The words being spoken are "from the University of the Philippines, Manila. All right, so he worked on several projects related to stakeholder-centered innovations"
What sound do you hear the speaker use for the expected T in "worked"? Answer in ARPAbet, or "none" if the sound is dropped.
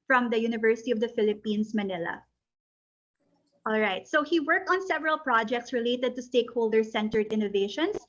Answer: T